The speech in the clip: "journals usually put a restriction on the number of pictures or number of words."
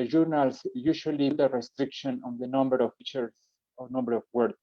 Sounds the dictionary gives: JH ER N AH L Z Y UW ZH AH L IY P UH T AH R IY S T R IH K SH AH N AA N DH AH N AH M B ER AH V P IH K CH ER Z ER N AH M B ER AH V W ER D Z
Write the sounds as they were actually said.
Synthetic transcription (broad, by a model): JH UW N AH L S Y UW SH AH L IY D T AH R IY S T R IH K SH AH N AA N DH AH N AH M B ER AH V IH CH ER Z N AH M B ER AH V W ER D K